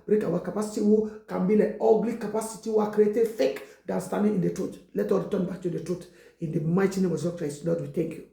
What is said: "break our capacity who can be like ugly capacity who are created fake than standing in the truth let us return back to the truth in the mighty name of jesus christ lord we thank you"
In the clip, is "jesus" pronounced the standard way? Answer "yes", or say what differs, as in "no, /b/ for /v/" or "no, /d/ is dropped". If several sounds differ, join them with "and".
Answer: no, /s/ is dropped